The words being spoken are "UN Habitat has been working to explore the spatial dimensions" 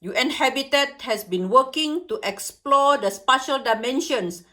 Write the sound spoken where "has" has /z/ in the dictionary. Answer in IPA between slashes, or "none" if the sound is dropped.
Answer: /s/